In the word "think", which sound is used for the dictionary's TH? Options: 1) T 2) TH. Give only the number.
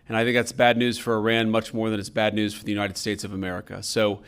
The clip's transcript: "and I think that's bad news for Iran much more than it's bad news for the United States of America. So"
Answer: 2